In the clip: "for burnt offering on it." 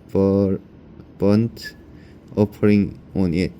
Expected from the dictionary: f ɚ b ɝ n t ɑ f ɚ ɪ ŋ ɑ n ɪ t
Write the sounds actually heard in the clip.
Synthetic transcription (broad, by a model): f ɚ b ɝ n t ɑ p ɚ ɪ ŋ ɑ n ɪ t